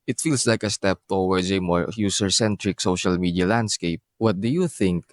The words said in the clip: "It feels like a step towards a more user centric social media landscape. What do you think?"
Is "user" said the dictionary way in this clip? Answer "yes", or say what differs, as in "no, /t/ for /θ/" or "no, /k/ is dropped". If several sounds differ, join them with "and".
no, /s/ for /z/